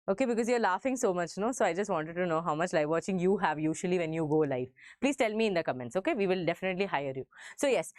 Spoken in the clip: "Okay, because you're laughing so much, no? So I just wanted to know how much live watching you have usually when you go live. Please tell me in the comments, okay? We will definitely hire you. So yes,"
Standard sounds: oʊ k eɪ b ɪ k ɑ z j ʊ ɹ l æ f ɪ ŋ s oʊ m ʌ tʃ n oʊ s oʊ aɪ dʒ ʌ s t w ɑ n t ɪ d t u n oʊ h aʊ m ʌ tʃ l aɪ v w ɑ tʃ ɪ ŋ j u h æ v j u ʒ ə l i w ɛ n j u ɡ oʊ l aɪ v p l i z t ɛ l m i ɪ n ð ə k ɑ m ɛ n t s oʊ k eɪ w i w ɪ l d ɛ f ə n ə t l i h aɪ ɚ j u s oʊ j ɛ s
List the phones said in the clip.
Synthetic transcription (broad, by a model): oʊ k eɪ b ɪ k ɑ z j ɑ ɹ l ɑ f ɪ ŋ s oʊ m ʌ tʃ n oʊ s oʊ aɪ dʒ ʌ s t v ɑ n t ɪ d t u n oʊ h aʊ m ʌ tʃ l aɪ v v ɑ tʃ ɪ ŋ j u h æ v j u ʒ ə l i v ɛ n j u ɡ oʊ l aɪ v p l i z t ɛ l m i ɪ n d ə k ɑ m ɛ n t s oʊ k eɪ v i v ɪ l d ɛ f ə n ə t l i h aɪ ɚ j u s oʊ j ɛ s